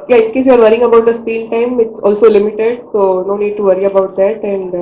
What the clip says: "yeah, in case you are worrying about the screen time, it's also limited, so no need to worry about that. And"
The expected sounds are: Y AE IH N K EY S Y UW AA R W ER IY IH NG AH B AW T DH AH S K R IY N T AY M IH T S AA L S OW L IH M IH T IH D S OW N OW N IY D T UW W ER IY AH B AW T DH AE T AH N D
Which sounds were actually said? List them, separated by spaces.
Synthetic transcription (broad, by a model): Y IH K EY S Y UW AA R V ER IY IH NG AH B AW T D AH S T IY L T AY M IH T S AA L S OW L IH M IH T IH D S OW N OW N IY D T UW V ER IY AH B AW T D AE T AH N D